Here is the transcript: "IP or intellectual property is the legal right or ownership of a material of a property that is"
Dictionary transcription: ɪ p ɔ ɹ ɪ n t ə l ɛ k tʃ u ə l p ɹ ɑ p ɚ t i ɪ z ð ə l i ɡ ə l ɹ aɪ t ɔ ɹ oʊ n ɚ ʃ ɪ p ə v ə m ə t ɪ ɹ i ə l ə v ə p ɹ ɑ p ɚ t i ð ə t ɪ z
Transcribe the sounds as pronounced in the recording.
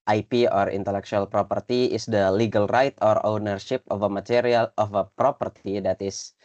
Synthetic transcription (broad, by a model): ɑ p ɔ ɹ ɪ n t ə l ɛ k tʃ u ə l p ɹ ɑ p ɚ t i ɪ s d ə l i ɡ ə l ɹ aɪ t ɔ ɹ oʊ n ɚ ʃ ɪ p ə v ə m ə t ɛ ɹ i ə l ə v ə p ɹ ɑ p ɚ t i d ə t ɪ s